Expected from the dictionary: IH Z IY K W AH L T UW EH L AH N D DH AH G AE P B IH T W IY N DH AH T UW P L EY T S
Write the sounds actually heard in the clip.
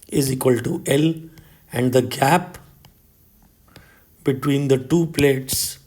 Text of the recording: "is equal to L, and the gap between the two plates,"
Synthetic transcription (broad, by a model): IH Z IY K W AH L T UW EH L AH N D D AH G AE P B IH T W IY N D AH T UW P L EY T S